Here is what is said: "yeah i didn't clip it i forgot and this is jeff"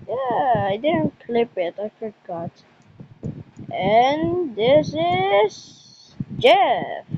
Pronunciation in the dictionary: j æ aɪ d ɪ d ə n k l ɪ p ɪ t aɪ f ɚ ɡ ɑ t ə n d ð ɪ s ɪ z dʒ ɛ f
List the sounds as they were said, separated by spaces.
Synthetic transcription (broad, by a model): j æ aɪ d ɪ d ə n k l ɪ p ɪ t aɪ f ɚ ɡ ɑ t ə n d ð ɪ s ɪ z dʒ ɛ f